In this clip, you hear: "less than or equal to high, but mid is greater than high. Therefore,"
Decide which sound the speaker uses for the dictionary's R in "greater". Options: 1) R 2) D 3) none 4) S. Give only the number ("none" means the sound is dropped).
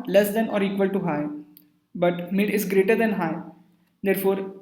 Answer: 1